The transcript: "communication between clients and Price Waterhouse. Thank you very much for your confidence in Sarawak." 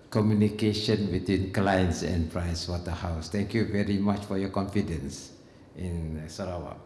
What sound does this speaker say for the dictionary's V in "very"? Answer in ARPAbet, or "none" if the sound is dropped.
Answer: V